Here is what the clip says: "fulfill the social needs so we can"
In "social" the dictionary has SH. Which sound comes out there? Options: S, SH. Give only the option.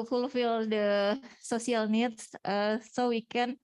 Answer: S